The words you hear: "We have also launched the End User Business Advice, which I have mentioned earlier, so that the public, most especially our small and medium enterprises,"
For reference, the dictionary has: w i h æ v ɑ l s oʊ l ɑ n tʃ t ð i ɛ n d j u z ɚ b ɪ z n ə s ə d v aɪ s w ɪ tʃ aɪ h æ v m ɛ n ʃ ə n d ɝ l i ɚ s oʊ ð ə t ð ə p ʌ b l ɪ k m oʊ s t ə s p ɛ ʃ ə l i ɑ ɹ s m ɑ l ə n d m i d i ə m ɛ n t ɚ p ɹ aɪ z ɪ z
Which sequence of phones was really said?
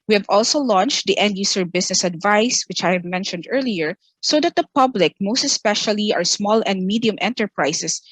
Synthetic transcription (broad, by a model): w i h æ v ɑ l s oʊ l ɑ n tʃ t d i ɛ n d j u s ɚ b ɪ s n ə s ə d v aɪ s w ɪ tʃ aɪ h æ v m ɛ n ʃ ə n d ɝ l i ɚ s oʊ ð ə t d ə p ʌ b l ɪ k m oʊ s t ə s p ɛ ʃ ə l i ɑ ɹ s m ɑ l ə n d m i d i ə m ɛ n t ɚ p ɹ aɪ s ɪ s